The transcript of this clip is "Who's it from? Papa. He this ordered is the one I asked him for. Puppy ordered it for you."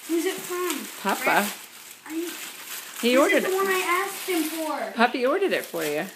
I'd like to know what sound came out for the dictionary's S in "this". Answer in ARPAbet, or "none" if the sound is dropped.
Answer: none